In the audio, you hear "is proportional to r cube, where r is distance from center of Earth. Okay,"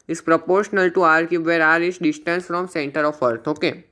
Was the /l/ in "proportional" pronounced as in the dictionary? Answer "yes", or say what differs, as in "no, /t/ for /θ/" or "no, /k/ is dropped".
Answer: yes